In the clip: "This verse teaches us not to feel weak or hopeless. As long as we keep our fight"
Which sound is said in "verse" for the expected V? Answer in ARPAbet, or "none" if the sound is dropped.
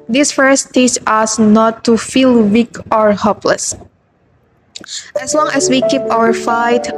F